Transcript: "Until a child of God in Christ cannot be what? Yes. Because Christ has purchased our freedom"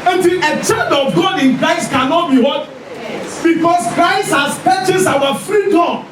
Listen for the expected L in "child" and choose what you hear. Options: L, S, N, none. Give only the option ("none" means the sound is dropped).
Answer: none